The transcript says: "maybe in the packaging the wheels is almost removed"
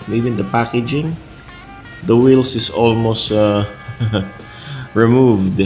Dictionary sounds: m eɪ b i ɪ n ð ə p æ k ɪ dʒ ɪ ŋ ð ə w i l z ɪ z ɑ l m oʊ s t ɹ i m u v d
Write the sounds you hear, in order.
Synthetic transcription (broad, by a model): m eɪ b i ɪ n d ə p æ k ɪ dʒ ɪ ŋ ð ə w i l s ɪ s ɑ l m oʊ s t ɹ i m u v d